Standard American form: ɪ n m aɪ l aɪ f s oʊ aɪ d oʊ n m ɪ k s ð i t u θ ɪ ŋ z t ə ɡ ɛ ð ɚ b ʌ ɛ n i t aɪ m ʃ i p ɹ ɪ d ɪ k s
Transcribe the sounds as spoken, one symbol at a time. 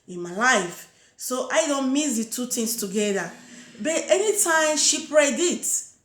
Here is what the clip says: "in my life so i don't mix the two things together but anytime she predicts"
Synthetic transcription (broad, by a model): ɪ n m aɪ l aɪ f s oʊ aɪ d oʊ n m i s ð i t u t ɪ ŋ s t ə ɡ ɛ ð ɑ b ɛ ɛ n i t aɪ m ʃ i p ɹ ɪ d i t